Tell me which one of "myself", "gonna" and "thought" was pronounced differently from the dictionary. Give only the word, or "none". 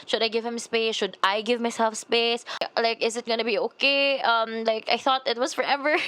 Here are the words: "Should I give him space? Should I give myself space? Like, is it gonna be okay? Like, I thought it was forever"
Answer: none